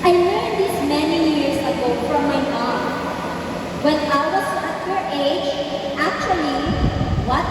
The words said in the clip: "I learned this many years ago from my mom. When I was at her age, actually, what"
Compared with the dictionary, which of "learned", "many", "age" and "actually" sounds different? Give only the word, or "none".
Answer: learned